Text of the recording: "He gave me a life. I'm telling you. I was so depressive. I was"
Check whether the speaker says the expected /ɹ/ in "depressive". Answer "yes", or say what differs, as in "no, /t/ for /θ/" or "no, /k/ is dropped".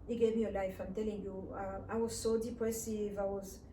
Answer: no, /w/ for /ɹ/